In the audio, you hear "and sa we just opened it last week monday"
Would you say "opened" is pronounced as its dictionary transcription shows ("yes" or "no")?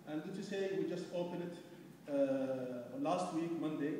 no